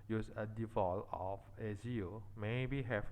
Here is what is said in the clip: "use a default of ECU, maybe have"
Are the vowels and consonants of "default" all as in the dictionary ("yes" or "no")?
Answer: no